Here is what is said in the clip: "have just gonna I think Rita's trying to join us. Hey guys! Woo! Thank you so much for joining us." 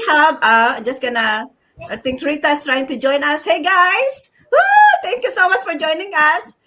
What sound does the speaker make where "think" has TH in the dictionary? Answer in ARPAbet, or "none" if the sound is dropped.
T